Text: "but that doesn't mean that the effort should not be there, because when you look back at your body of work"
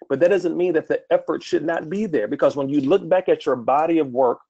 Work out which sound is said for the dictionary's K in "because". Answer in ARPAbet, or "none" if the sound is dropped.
K